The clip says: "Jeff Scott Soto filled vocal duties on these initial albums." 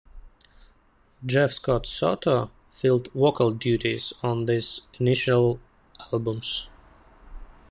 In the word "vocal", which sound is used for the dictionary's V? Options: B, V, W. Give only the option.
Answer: W